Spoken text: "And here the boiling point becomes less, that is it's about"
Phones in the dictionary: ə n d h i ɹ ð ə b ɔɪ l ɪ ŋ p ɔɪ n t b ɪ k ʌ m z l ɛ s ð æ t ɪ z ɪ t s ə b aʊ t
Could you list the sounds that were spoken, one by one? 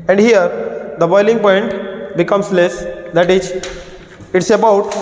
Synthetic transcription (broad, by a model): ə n d h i ɹ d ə b ɔɪ l ɪ ŋ p ɔɪ n t b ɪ k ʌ m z l ɛ s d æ t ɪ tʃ ɪ t s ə b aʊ t